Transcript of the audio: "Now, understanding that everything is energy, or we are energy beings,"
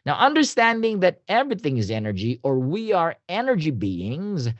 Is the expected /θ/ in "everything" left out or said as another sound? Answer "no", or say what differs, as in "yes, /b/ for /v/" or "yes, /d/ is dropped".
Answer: no